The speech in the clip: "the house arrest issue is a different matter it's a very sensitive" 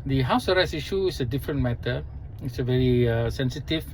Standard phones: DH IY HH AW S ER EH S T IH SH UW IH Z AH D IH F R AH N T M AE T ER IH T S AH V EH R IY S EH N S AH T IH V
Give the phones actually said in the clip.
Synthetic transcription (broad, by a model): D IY HH AW S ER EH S IH SH UW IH S AH D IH F R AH N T M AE T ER IH T S AH V EH R IY S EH N S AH T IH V